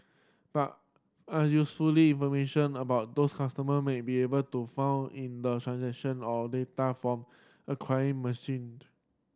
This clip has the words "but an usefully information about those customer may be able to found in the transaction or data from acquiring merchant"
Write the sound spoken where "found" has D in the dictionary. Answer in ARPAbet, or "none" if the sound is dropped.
none